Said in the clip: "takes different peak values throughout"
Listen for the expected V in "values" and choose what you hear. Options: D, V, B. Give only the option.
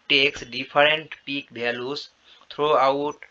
B